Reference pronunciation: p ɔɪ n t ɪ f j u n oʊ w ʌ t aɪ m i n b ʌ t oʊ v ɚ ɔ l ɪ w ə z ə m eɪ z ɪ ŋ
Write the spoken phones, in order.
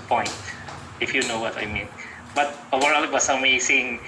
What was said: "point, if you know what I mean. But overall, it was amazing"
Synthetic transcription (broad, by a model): p ɔɪ n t ɪ f j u n oʊ w ʌ t aɪ m i n b ʌ t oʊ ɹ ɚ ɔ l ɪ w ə s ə m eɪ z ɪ ŋ